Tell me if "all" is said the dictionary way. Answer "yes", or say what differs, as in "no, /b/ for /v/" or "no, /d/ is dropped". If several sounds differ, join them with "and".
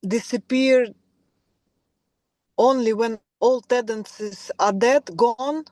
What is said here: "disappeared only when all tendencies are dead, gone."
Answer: yes